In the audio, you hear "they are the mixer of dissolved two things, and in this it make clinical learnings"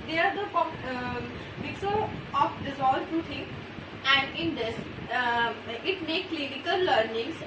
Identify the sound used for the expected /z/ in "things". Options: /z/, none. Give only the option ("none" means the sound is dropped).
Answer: none